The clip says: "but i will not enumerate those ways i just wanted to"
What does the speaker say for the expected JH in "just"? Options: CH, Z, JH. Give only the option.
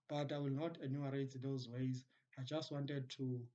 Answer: JH